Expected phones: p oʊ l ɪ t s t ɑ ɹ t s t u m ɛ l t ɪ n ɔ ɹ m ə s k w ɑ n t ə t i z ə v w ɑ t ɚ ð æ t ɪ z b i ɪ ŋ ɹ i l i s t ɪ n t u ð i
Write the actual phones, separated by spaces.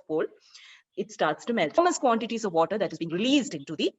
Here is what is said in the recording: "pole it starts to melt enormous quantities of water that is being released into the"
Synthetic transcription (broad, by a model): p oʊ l ɪ t s t ɑ ɹ t s t u m ɛ l t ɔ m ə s k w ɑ n t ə t i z ə v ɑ t ɚ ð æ t ɪ z b i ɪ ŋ ɹ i l i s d ɪ n t u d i